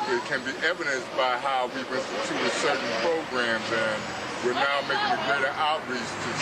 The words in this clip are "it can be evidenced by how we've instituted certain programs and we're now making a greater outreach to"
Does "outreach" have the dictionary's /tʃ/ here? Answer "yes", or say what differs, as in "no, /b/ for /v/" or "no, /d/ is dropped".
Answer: no, /s/ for /tʃ/